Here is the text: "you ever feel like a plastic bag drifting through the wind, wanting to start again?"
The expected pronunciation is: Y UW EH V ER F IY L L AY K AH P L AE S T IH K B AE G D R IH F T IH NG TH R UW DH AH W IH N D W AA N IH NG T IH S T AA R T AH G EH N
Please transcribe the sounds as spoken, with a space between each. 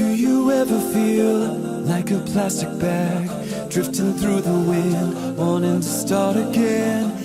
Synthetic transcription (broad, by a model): Y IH EH V ER F IY L L AY K AH P L AE S T IH K B AE G D R IH F T IH NG TH R UW DH AH W IH N D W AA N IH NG T IH S T AA R T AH G EH N